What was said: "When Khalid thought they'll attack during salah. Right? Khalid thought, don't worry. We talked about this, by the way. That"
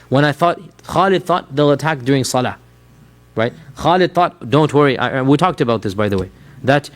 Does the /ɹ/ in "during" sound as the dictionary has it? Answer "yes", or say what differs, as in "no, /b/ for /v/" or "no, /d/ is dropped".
yes